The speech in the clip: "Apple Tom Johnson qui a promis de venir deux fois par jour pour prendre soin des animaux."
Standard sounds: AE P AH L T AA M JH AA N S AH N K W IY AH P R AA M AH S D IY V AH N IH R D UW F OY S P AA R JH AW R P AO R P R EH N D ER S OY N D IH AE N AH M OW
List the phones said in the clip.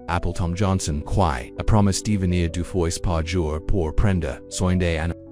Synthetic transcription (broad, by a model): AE P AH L T AA M JH AA N S AH N K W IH AH P R AA M AH S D IY V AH N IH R D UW F OY S P AA R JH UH R P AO R P R EH N D ER S OY N D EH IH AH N